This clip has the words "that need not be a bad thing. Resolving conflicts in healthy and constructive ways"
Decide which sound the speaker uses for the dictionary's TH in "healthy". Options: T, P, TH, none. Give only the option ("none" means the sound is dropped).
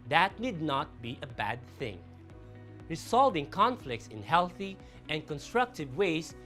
TH